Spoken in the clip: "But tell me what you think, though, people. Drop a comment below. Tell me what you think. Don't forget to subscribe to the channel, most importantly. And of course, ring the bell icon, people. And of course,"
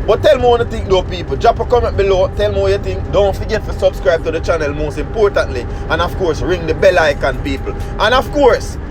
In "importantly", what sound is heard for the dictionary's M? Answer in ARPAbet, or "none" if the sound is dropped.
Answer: M